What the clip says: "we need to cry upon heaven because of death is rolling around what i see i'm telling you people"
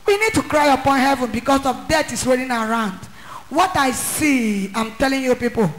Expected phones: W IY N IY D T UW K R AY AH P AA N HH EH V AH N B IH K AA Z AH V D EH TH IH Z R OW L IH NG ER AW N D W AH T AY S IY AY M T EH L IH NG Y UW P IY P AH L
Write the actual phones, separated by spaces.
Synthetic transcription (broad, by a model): W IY N IY D T UW K R AY AH P AA N HH EH V AH N B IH K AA S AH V D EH T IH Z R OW N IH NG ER AW N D W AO T AY S IY AY M T EH L IH NG Y UW P IY P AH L